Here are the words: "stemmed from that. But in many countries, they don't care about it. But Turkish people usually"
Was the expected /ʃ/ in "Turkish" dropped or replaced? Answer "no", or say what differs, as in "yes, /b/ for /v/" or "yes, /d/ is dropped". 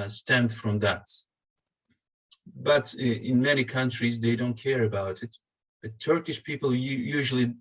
no